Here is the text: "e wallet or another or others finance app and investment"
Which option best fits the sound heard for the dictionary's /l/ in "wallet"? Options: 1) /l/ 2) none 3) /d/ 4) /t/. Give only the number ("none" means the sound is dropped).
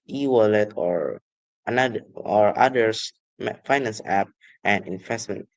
1